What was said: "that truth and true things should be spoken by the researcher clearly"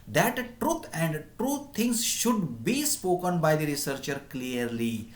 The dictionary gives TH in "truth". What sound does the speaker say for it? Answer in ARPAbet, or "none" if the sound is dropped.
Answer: T